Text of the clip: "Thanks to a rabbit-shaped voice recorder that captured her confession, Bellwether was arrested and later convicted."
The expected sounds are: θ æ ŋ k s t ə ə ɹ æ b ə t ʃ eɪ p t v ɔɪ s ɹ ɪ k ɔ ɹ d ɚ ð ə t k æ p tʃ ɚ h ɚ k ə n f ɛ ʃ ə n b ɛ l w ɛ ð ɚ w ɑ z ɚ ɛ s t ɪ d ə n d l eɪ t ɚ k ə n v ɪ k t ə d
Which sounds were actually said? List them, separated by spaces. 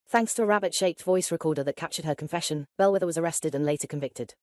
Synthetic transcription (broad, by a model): θ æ ŋ k s t ə ə ɹ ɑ b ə t ʃ eɪ p t v ɔɪ s ɹ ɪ k ɔ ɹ d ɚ ð ə t k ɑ p tʃ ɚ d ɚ k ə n f ɛ ʃ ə n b ɛ l w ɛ ð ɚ w ɑ z ɚ ɛ s t ɪ d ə n l eɪ t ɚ k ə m v ɪ k t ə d